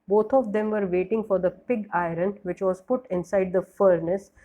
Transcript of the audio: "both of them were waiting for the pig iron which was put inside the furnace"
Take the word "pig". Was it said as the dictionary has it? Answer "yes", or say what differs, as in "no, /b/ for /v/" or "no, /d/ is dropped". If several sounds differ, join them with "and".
yes